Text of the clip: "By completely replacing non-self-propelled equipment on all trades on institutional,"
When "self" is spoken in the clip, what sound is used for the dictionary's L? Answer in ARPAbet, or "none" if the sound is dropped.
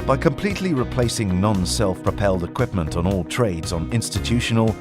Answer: L